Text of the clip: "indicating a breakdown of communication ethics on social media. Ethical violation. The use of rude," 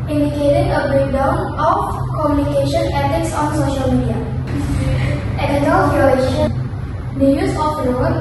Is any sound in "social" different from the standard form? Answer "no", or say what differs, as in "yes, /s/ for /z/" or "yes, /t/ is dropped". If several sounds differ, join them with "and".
no